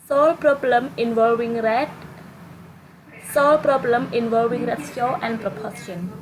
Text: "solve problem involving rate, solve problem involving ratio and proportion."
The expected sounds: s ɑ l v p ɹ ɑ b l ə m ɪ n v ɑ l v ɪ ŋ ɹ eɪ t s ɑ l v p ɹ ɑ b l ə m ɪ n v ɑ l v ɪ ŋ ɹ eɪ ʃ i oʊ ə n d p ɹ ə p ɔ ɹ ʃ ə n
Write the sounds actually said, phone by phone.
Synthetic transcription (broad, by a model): s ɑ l p ɹ ɑ b l ə m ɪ n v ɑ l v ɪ ŋ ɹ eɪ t s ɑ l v p ɹ ɑ b l ə m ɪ n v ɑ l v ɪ ŋ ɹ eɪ s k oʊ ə n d p ɹ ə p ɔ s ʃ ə n